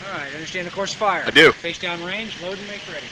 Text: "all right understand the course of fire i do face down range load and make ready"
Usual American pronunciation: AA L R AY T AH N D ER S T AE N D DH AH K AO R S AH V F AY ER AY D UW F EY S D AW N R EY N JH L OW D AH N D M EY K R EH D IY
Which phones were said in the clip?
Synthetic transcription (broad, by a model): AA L R AY T AH N D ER S T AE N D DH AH K AO R S F AY ER AY D UW F EY S D AW N R EY N JH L OW AH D M EY K R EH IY